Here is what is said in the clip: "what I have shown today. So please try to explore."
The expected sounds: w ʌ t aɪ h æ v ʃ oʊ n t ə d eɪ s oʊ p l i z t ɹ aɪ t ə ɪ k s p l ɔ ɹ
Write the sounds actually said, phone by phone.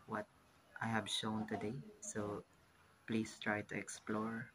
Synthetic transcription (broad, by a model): w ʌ t aɪ h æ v ʃ oʊ n t ə d eɪ s oʊ p l i s t ɹ aɪ t ə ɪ k s p l ɔ ɹ